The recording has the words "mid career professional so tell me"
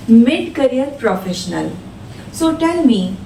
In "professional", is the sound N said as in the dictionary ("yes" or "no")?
yes